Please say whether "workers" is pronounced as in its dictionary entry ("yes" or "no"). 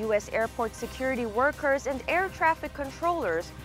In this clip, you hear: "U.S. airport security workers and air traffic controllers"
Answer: yes